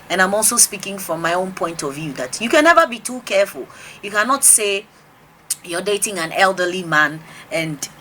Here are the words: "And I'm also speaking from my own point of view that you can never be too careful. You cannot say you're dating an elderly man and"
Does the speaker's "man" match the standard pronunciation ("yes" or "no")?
yes